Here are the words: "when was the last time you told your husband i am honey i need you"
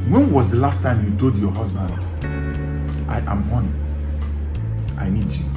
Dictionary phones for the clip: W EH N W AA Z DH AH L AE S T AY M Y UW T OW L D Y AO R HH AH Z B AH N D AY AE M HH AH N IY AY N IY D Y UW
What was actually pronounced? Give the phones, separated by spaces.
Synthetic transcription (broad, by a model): W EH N W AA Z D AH L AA S T AY M Y UW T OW D Y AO HH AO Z B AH N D AY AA M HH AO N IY AY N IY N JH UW